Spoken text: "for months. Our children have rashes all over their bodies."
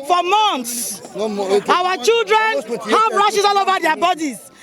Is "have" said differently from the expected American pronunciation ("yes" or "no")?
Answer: yes